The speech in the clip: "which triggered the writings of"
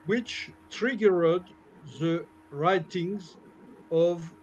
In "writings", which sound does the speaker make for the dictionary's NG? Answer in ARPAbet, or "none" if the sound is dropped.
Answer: NG